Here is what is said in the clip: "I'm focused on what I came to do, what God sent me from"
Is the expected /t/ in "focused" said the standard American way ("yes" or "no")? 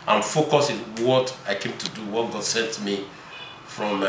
no